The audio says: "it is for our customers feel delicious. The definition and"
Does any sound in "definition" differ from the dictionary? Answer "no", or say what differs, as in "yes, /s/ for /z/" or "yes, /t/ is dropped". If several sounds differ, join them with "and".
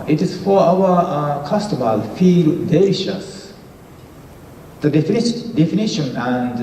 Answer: no